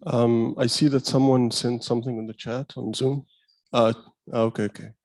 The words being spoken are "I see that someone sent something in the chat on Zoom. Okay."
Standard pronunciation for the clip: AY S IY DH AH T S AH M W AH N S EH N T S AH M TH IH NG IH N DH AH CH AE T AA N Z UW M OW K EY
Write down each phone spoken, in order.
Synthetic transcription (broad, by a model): AY S IY DH AH T S AH M W AH N S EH N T S AH M TH IH NG IH N DH AH CH AE T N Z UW M OW K EY